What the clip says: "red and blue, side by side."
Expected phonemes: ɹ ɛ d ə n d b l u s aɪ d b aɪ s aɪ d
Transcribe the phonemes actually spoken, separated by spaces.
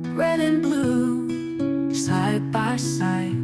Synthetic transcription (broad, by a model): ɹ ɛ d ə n b l u s aɪ d b aɪ s aɪ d